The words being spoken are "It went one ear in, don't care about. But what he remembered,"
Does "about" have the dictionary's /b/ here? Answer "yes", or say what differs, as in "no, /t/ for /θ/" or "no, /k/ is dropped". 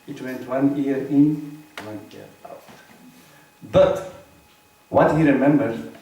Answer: no, /b/ is dropped